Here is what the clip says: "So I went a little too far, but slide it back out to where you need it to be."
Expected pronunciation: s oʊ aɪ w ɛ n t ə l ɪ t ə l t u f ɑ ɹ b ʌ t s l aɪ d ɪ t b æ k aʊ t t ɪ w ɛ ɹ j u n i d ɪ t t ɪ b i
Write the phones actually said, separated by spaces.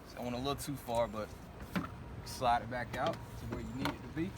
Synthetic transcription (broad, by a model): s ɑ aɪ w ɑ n ə l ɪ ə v t u f ɑ ɹ b ʌ t s l aɪ d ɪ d b æ k aʊ t t ɪ w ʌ ɹ j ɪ n i d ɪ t t ɪ b i